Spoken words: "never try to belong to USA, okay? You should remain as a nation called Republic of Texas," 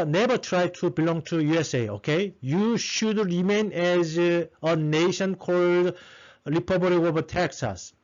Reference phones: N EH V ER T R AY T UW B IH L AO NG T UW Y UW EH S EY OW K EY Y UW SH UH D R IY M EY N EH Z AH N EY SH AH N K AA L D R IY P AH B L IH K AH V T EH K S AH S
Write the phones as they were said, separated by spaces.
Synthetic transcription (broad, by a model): N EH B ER T R AY T UW B IH L AO NG T UW Y UW EH S EY OW K EY Y UW SH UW D R IY M EY N EH Z AH N EY SH AH N K AA L D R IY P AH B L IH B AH T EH K S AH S